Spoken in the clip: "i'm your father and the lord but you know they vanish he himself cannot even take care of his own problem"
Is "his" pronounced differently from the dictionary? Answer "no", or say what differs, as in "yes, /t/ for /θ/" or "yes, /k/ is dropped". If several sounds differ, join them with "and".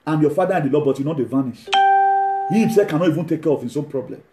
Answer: yes, /s/ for /z/